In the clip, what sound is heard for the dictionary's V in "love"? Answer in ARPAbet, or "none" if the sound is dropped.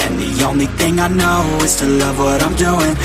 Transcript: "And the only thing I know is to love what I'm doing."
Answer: V